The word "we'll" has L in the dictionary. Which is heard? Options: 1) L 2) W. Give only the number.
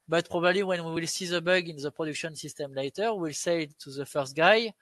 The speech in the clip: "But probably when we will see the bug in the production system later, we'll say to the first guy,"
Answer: 1